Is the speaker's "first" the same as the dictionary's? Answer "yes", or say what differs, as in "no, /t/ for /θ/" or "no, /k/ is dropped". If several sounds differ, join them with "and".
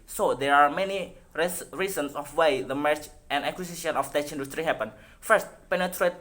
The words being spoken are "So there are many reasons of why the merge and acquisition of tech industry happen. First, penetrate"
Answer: yes